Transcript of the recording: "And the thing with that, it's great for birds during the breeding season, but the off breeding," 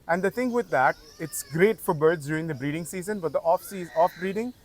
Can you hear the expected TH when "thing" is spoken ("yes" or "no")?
no